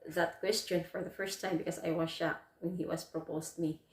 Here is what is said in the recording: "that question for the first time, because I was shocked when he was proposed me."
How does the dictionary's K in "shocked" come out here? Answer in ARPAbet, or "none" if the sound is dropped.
none